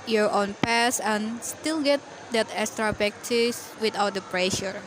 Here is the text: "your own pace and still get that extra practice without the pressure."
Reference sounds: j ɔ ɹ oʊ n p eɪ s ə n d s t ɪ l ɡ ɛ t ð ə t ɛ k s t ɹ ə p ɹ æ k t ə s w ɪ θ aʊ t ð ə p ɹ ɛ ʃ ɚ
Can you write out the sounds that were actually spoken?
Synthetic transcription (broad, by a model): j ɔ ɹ oʊ n p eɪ s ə n s t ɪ l ɡ ɛ t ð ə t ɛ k s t ɹ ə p ɛ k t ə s w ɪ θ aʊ t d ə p ɹ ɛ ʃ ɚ